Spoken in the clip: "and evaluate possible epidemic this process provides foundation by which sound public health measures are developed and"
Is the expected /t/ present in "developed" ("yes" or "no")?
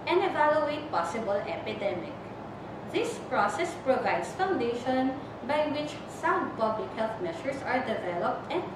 yes